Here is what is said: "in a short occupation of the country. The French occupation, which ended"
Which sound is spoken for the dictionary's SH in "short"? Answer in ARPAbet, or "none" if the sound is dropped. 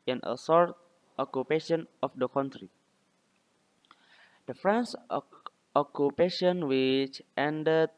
S